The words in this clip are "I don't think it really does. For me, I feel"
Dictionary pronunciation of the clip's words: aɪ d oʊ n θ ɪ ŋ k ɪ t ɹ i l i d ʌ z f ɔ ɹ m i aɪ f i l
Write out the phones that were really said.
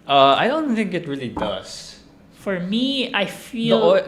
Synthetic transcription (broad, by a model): aɪ d oʊ n θ ɪ ŋ k ɪ t ɹ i l i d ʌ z f ɔ ɹ m i aɪ f i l